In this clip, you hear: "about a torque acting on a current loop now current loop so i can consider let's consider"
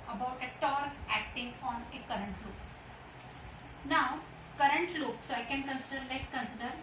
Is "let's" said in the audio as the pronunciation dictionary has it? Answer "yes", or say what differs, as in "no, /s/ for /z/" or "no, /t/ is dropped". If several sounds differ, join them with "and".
no, /s/ is dropped